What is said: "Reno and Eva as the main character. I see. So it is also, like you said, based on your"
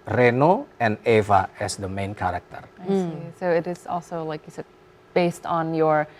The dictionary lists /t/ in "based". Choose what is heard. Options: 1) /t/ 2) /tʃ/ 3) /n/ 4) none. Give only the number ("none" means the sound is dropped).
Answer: 1